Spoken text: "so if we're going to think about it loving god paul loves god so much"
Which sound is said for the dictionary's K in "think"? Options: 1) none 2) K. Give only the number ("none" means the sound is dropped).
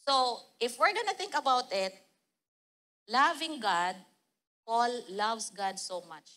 2